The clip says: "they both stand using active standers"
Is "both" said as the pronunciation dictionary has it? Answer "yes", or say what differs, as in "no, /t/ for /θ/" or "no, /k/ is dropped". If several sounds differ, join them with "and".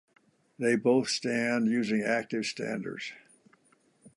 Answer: yes